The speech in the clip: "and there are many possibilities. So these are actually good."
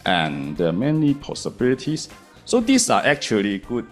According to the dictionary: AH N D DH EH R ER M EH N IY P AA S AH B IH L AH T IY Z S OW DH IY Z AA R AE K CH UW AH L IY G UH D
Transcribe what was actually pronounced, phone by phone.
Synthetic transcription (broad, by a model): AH N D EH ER M EH N IY P AA S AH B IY L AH T IY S S OW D IY S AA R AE K CH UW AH L IY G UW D